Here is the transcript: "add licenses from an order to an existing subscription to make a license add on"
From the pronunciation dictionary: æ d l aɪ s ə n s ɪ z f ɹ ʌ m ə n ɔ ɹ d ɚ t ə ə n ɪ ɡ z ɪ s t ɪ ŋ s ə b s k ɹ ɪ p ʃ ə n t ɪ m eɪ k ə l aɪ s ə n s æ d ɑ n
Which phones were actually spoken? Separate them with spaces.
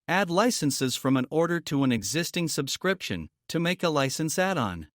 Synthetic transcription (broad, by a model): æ d l aɪ s ə n s ɪ z f ɹ ʌ m ə n ɔ ɹ d ɚ t ə ə n ɪ ɡ z ɪ s t ɪ ŋ s ə b s k ɹ ɪ p ʃ ə n t ɪ m eɪ k ə l aɪ s ə n s æ d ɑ n